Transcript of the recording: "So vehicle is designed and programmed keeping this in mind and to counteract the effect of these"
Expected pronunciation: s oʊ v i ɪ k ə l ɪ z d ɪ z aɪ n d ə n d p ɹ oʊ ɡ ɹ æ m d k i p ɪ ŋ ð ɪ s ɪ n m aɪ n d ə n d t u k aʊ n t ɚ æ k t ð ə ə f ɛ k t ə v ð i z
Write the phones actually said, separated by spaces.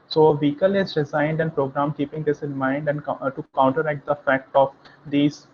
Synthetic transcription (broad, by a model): s oʊ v i k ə l ɪ z d ɪ z aɪ n d ə n d p ɹ oʊ ɡ ɹ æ m k i p ɪ ŋ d ɪ s ɪ n m aɪ n d ə n d t u k aʊ n t ɚ æ k t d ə ə f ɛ k t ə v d i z